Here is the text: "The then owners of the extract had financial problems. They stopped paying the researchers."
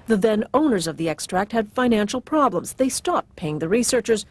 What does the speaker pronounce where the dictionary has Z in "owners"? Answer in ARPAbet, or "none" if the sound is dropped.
Z